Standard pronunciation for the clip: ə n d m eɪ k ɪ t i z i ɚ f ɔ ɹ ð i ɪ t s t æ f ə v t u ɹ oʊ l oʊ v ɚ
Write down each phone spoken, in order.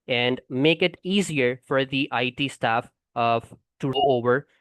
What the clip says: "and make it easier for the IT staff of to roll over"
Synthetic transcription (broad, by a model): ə n d m eɪ k ɪ t i z i ɚ f ɔ ɹ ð i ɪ t s t æ f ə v t u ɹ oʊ oʊ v ɚ